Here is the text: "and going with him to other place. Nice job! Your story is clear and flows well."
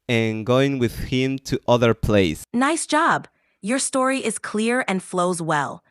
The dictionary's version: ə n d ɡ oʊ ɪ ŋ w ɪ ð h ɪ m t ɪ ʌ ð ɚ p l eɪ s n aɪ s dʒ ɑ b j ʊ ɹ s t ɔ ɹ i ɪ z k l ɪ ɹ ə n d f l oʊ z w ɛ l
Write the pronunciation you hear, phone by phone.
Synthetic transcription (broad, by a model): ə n ɡ oʊ ɪ ŋ w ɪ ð h ɪ m t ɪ ʌ ð ɚ p l eɪ s n aɪ s dʒ ɑ b j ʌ ɹ s t ɔ ɹ i ɪ z k l ɪ ɹ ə n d f l oʊ z w ɛ l